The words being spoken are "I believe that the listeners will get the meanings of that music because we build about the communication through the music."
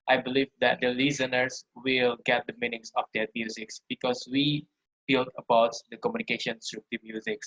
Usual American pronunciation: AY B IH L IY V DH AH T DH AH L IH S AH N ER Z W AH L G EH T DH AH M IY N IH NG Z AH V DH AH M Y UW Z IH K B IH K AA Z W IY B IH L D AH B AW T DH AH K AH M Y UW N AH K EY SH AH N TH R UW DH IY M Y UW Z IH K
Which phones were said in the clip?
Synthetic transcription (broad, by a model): AY B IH L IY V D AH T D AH L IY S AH N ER S W AH L G EH T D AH M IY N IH NG S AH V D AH M Y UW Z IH K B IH K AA S W IY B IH L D AH B AW T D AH K AH M Y UW N AH K EY SH AH N S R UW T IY M Y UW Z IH K